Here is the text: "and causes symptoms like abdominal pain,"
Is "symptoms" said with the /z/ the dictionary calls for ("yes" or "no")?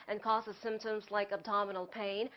yes